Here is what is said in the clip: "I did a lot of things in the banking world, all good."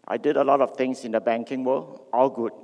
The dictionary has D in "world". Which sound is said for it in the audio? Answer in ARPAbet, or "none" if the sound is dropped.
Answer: none